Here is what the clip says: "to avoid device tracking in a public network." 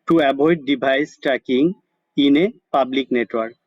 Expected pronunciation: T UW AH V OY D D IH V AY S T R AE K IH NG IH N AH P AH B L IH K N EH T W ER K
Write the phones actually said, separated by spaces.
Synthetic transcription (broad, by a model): T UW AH B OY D D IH B AY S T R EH K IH NG IH N AH P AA B L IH K N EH T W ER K